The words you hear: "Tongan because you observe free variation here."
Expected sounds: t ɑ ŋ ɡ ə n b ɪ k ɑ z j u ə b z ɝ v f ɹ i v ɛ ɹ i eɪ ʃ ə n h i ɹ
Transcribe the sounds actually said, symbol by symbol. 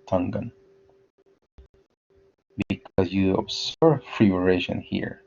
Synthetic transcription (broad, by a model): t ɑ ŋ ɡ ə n b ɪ k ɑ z j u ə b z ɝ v f ɹ i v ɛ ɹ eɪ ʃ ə n h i ɹ